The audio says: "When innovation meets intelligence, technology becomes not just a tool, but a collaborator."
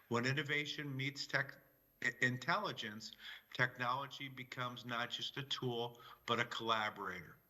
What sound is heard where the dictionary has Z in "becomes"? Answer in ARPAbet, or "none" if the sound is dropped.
Z